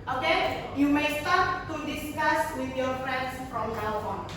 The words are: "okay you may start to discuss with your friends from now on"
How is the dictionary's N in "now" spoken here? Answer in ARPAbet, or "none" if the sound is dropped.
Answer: L